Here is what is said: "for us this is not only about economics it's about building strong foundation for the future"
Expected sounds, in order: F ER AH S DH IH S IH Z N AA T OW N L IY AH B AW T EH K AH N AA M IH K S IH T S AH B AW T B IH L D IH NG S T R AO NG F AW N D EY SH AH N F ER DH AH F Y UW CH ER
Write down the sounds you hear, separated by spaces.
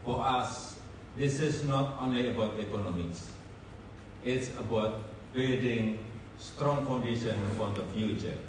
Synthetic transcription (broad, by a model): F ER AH S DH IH S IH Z N AA T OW N L IY AH B AW T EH K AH N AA M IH K S IH T S AH B AW T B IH D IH NG S T R AO NG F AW N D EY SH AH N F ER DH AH F Y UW CH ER